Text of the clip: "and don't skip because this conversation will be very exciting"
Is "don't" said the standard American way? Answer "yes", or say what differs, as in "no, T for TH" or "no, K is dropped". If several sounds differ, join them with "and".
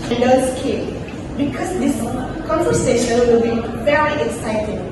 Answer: no, L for N